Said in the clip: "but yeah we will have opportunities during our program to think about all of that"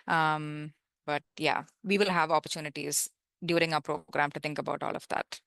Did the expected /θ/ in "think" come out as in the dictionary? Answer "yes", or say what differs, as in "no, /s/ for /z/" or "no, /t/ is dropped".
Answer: no, /t/ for /θ/